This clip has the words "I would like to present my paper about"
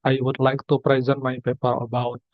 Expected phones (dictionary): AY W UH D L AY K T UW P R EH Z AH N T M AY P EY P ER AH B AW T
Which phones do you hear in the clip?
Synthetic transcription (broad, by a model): AY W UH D L AY K T UW P R EH Z AH N T M AY P EY P ER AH B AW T